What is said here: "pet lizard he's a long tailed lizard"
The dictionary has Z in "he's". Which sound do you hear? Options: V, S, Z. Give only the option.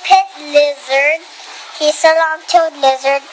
S